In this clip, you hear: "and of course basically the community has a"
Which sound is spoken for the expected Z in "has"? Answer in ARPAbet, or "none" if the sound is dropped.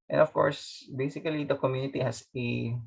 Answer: S